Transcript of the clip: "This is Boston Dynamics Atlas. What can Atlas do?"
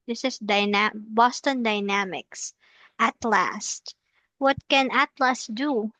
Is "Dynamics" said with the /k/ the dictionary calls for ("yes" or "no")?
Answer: yes